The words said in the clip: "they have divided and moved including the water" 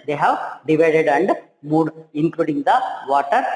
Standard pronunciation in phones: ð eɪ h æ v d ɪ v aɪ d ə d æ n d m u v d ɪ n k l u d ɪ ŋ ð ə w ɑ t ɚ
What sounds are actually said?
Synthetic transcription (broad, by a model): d eɪ h æ v d ɪ v aɪ d ə d æ n d m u d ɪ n k l u d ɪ ŋ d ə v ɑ t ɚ